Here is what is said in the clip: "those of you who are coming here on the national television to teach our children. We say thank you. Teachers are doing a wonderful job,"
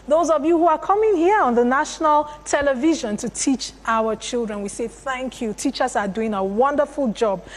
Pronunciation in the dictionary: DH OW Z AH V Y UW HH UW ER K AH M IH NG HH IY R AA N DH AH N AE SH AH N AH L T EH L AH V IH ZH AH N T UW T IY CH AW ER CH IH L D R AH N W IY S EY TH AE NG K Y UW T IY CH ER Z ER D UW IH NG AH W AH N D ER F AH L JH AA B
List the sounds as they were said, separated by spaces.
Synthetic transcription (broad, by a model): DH OW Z AH V Y UW HH UW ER K AH M IH NG HH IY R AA N DH AH N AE SH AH N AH L T EH L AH V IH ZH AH N T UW T IY CH AW ER CH IH L D R AH N W IY S EY TH AE NG K Y UW T IY CH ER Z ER D UW IH NG AH W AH N D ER F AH L JH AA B